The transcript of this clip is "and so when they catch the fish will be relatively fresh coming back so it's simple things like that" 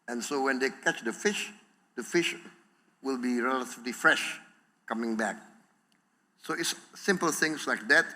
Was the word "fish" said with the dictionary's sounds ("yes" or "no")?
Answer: yes